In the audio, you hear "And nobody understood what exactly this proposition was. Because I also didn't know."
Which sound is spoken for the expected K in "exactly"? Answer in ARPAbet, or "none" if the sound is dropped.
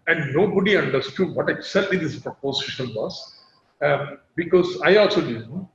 none